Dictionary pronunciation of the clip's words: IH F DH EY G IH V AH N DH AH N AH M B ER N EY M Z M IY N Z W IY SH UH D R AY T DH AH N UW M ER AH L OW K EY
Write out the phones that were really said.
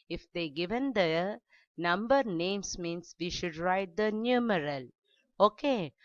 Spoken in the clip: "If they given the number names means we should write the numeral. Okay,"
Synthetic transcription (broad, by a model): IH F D EY G IH V AH N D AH N AH M B ER N EY M S M IY N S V IY SH UH D R AY T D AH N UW M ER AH L OW K EY